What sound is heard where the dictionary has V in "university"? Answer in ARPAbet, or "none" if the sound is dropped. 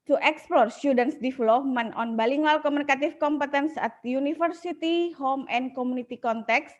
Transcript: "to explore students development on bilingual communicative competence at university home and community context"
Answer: F